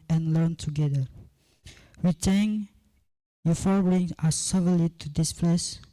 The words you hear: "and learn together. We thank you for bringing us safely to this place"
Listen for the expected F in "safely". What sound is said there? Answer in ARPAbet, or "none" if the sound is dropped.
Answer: none